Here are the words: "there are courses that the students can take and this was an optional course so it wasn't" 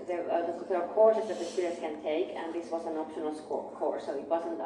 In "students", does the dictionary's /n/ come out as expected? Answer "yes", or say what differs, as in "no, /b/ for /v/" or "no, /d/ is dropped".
no, /n/ is dropped